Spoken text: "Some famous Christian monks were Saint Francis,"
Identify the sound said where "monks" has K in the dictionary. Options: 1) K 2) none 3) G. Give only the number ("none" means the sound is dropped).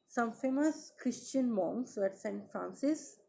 2